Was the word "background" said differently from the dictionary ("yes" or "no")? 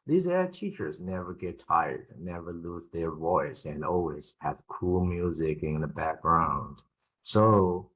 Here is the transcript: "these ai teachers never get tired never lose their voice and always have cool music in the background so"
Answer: no